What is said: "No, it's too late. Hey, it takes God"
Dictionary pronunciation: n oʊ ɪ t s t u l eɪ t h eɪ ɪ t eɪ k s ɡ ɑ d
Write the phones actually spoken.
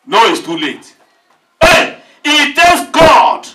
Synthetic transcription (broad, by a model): n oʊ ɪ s t u l eɪ t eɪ ɪ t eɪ s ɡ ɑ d